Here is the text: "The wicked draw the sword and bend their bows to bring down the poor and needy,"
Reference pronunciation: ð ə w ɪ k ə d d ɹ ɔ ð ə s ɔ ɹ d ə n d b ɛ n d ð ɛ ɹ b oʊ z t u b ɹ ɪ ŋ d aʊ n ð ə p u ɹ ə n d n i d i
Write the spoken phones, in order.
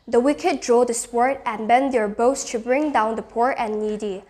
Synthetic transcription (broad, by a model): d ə w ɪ k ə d d ɹ ɔ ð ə s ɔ ɹ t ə n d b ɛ n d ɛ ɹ b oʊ s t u b ɹ ɪ ŋ d aʊ n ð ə p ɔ ɹ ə n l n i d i